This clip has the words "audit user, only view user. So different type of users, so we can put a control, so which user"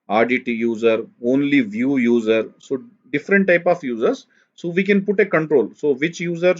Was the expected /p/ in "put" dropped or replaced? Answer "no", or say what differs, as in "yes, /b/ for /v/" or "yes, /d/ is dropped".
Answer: no